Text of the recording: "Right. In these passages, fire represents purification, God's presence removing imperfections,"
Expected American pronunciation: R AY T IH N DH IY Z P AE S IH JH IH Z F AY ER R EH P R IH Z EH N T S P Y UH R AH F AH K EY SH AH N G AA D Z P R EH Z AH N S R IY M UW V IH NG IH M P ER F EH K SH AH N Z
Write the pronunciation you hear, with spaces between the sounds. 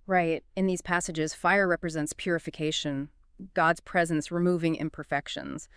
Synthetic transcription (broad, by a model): R AY T IH N DH IY Z P AE S IH JH IH Z F AY ER R EH P R IH Z EH N T S P Y UH R AH F AH K EY SH AH N G AA D Z P R EH Z AH N S R IY M UW V IH NG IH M P ER F EH K SH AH N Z